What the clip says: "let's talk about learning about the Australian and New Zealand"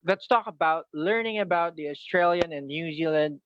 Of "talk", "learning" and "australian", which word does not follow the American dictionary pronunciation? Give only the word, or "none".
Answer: none